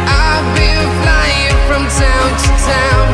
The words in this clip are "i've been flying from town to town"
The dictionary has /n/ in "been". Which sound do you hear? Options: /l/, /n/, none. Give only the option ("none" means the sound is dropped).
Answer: /l/